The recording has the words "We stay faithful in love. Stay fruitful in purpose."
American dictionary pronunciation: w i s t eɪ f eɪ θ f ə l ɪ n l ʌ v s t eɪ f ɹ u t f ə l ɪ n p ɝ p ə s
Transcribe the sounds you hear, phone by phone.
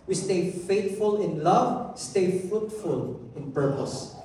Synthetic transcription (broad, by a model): w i s t eɪ f eɪ t f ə l ɪ n l ʌ v s t eɪ f ɹ u t f ə l ɪ n p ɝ p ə s